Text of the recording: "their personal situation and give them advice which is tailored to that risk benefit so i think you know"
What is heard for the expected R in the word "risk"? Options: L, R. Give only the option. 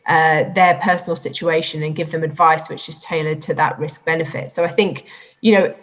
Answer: R